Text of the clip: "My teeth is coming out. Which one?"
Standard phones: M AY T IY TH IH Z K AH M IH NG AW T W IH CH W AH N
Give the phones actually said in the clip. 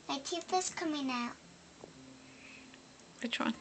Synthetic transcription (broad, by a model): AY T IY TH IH S K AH M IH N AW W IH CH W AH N